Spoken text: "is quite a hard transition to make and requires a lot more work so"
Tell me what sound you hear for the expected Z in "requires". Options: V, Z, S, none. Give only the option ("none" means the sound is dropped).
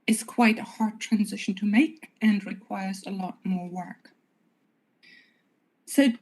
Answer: Z